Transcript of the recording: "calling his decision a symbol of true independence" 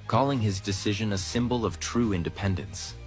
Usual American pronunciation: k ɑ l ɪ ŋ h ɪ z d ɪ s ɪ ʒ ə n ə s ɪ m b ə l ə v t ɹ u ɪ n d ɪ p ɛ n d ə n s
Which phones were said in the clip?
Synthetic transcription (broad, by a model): k ɑ l ɪ ŋ ɪ z d ɪ s ɪ ʒ ə n ə s ɪ m b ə l ə v t ɹ u ɪ n d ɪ p ɛ n d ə n s